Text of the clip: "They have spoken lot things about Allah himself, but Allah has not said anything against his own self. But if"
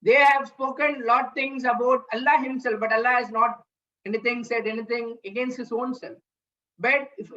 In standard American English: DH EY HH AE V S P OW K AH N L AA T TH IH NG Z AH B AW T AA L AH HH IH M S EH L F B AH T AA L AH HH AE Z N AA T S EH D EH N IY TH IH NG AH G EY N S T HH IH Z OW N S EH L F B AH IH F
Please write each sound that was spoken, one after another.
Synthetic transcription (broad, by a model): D EY HH AE V S P OW K AH N L AA T T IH NG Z AH B AW T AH L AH HH IH M S EH L F B AH T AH L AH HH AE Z N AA T S EH D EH N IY T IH NG AH G EY N S T HH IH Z OW N S EH L F B AH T